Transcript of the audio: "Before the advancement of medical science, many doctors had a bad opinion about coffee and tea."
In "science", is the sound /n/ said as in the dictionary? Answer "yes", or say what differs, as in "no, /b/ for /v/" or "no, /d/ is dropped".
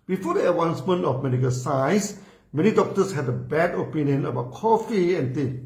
no, /n/ is dropped